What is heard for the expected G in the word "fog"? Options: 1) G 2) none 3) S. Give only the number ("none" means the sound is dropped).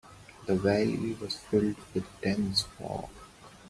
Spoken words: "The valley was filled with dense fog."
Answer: 2